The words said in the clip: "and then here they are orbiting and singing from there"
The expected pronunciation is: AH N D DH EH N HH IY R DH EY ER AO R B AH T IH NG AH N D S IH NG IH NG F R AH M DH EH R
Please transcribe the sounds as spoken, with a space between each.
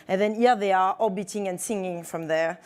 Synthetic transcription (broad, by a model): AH N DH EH N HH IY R DH EY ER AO B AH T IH NG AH N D S IH NG IH NG F R AH M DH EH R